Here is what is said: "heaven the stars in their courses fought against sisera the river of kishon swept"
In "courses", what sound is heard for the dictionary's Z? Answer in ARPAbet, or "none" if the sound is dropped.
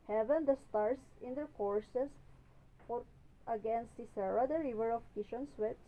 S